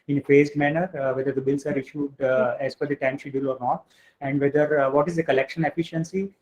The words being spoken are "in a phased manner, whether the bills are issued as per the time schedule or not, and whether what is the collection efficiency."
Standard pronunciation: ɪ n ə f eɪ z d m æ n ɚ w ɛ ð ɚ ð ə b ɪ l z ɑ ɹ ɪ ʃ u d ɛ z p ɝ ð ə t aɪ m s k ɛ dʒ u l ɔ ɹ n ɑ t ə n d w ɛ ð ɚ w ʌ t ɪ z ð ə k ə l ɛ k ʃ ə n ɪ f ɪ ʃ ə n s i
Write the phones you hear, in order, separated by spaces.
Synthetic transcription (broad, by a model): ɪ n ə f eɪ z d m æ n ɚ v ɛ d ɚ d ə b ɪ l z ɑ ɹ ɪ ʃ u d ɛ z f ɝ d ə t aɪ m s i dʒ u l ɔ ɹ n ɑ t ə n d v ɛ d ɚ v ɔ t ɪ z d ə k ə l ɛ k ʃ ə n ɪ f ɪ ʃ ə n s i